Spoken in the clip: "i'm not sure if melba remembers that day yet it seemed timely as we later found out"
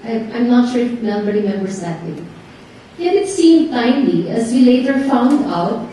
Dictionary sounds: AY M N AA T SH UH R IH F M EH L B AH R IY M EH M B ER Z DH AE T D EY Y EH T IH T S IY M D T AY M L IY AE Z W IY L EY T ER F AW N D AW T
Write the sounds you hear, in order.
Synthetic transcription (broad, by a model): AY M N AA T SH UH R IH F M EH B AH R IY M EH M B ER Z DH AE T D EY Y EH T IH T S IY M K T AY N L IY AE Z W IY L EY T ER F AW N D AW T